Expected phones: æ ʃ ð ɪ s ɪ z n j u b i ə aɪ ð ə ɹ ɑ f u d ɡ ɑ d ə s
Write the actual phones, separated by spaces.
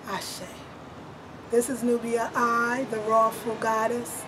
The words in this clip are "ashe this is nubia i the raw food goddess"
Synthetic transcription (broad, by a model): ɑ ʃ ð ɪ s ɪ z n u b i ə aɪ ð ə ɹ ɑ f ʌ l ɡ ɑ d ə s